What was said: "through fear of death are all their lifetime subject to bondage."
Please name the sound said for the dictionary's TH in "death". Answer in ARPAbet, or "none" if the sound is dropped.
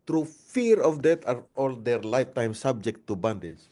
T